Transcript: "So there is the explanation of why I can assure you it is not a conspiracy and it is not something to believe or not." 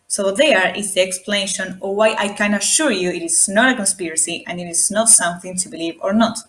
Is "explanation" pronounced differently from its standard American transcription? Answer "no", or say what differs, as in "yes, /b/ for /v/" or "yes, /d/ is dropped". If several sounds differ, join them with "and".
no